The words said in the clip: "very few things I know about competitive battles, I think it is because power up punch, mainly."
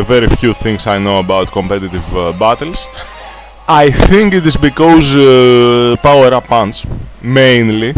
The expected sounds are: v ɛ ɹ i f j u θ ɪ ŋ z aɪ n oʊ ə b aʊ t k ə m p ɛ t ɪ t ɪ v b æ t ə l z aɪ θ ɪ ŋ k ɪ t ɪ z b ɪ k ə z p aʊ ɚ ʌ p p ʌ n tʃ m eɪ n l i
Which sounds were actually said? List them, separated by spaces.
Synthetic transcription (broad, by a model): v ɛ ɹ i f j u θ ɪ ŋ s aɪ n oʊ ə b aʊ t k ə m p ɛ t ɪ t ɪ v b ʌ t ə l s aɪ θ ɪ ŋ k ɪ t ɪ z b ɪ k ə z p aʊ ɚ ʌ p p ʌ n s m eɪ n l i